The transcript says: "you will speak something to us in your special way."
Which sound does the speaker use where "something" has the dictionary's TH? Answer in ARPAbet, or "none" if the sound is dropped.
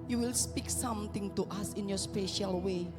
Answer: T